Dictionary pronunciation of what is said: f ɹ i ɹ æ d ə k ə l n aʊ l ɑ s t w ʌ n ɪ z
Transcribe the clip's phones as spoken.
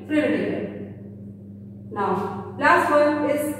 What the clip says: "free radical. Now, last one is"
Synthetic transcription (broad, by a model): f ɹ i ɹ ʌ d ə ə n aʊ l ɑ s t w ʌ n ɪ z